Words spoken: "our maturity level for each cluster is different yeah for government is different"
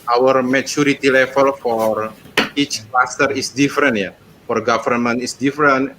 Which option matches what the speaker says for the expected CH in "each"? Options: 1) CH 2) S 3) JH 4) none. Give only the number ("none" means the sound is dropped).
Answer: 1